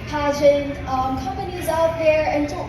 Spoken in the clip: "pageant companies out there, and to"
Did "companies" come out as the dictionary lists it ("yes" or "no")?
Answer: yes